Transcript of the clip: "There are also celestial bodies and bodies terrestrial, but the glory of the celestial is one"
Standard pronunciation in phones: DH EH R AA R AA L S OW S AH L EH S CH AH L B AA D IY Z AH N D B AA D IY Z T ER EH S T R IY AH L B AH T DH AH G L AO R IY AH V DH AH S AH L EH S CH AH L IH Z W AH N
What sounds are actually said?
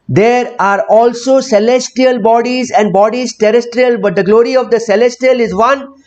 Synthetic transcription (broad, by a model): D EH R AA R AA L S OW S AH L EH S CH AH L B AA D IY Z AH N D B AA D IY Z T ER EH S T R IY AH L B AH T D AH G L AO R IY AH V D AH S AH L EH S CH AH L IH Z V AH N